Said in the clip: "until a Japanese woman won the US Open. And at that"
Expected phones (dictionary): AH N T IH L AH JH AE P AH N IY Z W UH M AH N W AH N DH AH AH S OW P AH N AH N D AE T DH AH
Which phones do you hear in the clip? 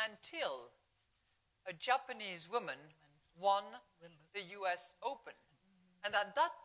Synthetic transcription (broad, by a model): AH N T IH L AH JH AE P AH N IY Z W UH M AH N W AH N DH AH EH S OW P AH N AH N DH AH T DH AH